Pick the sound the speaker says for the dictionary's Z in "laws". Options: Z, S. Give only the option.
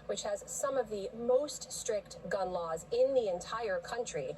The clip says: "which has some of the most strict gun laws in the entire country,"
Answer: Z